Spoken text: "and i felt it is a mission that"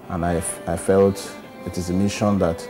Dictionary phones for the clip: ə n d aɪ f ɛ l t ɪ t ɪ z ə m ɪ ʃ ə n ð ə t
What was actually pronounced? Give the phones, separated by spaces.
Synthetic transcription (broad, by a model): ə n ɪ aɪ f ɛ l t ɪ t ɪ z ə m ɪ ʃ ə n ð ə t